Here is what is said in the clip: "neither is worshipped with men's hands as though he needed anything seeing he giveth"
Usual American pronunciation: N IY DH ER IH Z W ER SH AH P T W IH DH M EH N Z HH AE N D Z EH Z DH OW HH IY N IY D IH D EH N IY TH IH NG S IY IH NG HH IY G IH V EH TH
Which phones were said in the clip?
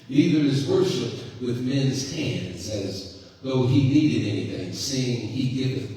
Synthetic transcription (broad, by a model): N IY DH ER IH Z W ER SH AH P T W IH DH M EH N Z HH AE N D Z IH Z DH OW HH IY N IY D IH D EH N IY TH IH NG S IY IH NG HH IY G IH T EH